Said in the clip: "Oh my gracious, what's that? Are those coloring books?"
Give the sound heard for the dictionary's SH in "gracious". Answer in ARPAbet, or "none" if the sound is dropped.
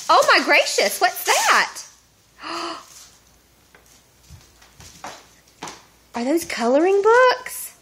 SH